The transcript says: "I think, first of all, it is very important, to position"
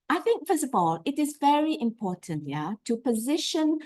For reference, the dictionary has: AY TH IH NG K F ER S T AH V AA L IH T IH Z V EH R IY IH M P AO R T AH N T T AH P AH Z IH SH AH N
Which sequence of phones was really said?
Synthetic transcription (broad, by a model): AY TH IH NG K F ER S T AH V AA L IH T IH Z V EH R IY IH M P AO R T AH N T T AH P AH Z IH SH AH N